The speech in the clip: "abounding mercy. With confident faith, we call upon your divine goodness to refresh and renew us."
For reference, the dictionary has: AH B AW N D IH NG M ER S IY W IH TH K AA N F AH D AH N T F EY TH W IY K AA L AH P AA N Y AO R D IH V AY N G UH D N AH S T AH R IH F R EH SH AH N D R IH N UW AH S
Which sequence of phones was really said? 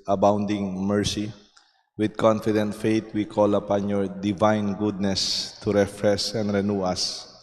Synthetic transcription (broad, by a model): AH B AW N D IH NG M ER S IY W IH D K AA N F AH D AH N T F EY T W IY K AA L AH P AA N Y AO R D IH V AY N G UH D N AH S T AH R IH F R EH S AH N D R IH N UW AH S